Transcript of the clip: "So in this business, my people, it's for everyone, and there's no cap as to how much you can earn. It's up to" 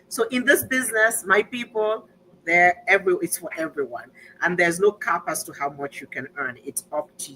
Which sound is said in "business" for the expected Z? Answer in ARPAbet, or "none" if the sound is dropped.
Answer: Z